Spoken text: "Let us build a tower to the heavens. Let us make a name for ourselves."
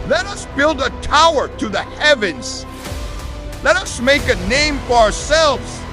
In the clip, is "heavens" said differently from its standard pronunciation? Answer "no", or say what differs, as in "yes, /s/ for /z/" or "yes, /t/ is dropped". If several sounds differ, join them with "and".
no